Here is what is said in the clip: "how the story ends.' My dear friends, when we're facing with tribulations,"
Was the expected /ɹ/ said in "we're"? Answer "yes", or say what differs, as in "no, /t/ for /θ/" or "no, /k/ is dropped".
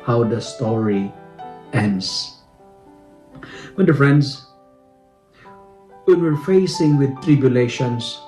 yes